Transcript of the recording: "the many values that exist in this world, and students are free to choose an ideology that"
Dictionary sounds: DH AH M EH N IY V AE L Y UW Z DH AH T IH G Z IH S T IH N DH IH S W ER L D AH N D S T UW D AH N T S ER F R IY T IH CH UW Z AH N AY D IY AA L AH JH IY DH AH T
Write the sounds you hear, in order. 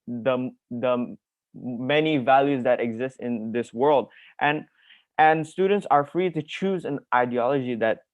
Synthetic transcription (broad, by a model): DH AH M EH N IY V AE L Y UW Z DH AH T IH G Z IH S T IH N DH IH S W ER L D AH N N S T UW D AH N T S ER F R IY T IH CH UW Z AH N AY D IY AA L AH JH IY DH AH T